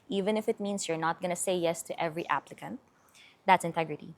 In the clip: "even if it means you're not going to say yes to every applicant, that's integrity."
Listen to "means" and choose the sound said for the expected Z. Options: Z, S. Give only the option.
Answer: S